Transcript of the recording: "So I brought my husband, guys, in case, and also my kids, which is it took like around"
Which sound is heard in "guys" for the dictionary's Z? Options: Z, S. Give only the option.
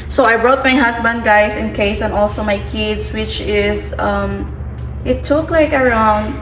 S